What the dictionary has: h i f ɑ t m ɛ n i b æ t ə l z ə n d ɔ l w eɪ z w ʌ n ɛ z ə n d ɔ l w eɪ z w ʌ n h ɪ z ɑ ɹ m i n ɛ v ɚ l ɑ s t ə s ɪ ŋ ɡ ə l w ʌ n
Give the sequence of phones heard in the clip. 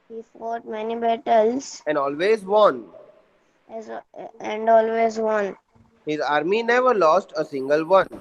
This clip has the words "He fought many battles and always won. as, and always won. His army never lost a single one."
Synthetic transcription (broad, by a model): h i f ɑ t m ɛ n i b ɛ t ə l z ə n d ɔ l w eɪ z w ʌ n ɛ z ə n d ɔ l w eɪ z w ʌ n h ɪ z ɑ ɹ m i n ɛ v ɚ l ɑ s t ə s ɪ ŋ ɡ ə l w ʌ n